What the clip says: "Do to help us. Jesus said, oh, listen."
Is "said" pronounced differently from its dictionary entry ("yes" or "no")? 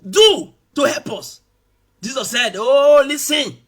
no